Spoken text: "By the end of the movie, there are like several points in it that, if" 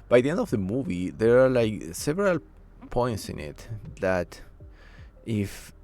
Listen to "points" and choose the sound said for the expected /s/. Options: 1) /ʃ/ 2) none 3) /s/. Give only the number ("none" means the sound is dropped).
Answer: 3